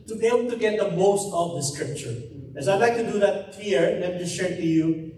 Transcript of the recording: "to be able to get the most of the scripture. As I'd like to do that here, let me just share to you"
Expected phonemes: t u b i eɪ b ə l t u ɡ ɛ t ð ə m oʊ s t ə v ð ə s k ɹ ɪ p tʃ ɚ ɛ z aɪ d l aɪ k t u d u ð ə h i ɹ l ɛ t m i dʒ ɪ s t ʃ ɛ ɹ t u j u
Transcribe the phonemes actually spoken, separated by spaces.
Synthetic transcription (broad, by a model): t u b i eɪ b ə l t u ɡ ɛ t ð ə m oʊ s t ə v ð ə s k ɹ ɪ p tʃ ɚ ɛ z aɪ d l aɪ k t u d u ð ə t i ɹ n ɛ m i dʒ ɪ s ʃ ɛ ɹ t u j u